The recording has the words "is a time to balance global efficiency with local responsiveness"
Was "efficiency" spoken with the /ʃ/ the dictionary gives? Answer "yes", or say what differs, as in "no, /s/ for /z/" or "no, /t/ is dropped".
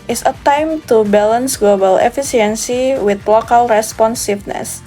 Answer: no, /s/ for /ʃ/